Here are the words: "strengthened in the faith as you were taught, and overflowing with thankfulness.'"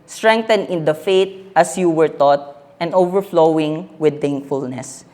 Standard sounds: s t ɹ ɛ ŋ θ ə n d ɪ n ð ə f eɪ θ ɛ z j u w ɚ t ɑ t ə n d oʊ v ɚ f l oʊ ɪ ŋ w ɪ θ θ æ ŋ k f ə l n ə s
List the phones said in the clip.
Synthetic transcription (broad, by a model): s t ɹ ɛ ŋ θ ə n ɪ n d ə f eɪ t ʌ s j u w ɚ t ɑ t ə n d oʊ v ɚ f l oʊ ɪ ŋ w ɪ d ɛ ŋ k f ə l n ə s